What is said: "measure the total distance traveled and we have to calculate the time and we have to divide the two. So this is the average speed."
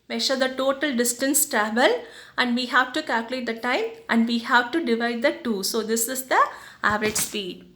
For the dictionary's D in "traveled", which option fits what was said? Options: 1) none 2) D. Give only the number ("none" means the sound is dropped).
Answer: 1